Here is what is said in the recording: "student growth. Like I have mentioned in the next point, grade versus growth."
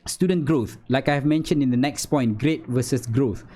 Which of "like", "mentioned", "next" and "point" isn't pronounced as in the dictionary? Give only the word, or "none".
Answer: none